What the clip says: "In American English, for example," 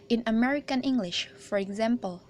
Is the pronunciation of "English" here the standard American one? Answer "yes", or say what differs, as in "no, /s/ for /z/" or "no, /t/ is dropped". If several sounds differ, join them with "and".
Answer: yes